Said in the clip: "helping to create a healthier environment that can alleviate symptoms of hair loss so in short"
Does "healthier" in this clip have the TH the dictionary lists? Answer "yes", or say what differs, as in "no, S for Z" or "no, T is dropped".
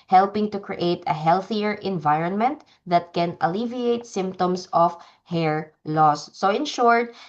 yes